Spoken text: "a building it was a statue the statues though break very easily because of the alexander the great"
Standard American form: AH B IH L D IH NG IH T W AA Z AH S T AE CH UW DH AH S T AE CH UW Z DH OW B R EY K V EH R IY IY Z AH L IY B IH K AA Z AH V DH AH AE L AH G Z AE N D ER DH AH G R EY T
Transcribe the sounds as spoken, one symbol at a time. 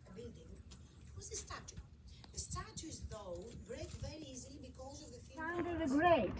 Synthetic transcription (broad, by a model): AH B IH D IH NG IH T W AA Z AH S T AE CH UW DH AH S T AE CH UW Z DH OW B R EY K V EH R IY IY Z AH L IY B IH K AA Z AH V DH AH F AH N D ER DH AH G R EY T